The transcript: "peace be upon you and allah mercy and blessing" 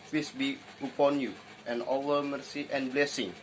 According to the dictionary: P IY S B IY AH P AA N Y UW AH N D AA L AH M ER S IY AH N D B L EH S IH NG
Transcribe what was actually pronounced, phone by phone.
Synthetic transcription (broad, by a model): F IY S B IY AH P AA N Y UW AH N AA W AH M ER S IY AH N B L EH S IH NG